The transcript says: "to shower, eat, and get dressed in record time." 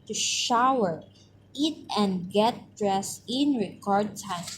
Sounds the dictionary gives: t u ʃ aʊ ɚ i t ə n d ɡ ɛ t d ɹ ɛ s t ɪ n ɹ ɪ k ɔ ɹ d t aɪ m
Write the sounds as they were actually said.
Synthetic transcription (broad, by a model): t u ʃ aʊ ɚ i t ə n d ɡ ɛ t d ɹ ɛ s ɪ n ɹ ɪ k ɔ ɹ d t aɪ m